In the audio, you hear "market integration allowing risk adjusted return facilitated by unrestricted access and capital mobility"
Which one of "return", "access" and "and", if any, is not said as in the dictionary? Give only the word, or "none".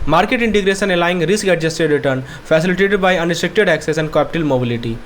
none